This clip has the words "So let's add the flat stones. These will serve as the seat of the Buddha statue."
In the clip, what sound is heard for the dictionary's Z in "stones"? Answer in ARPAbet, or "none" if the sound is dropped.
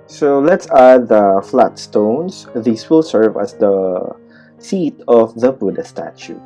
S